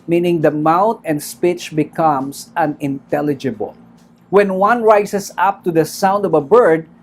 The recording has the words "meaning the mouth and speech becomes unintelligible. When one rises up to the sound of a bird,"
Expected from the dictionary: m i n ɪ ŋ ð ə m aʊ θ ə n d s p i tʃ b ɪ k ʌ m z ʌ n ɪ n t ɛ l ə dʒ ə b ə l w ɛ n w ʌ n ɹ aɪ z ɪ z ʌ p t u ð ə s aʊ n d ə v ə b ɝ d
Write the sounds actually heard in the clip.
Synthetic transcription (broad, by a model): m i n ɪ ŋ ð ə m aʊ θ ə n d s p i tʃ b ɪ k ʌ m s ʌ n ɪ n t ɛ l ə dʒ ə b ə l w ɛ n w ʌ n ɹ aɪ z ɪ s ʌ p t u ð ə s aʊ n d ə v ə b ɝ d